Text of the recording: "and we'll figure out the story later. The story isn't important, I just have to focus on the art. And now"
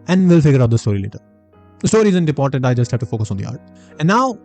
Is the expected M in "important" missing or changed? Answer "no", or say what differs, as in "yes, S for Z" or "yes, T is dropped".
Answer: yes, M is dropped